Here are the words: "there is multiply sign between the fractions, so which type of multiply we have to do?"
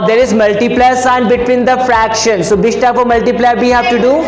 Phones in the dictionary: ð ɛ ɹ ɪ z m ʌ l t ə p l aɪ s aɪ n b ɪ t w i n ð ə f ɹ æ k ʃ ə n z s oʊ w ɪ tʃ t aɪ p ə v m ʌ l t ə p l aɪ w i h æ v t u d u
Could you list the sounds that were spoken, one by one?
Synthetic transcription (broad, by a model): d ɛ ɹ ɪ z m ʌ l t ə p l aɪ s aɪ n b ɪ t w i n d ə f ɹ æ k ʃ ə n s oʊ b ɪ s t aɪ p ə m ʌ l t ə p l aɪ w i h æ v t u d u